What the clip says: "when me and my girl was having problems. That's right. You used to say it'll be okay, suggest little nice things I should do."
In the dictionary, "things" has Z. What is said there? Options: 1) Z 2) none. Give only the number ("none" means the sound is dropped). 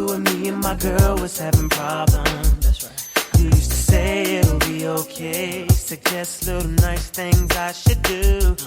1